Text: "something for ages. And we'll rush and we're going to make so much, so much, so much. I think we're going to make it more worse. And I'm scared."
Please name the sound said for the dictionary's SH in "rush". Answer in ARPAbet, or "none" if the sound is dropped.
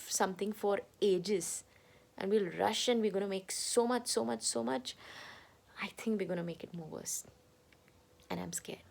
SH